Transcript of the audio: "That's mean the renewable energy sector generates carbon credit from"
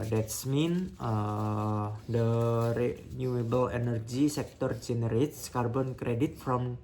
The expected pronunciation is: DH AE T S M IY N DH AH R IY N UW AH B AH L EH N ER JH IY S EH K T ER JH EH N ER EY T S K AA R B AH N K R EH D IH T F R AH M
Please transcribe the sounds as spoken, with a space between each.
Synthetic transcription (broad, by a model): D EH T S M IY N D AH R IY N UW AH B AH L EH N ER JH IY S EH K T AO JH EH N ER EY T S K AA R B AH N K R EH D IH T F R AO M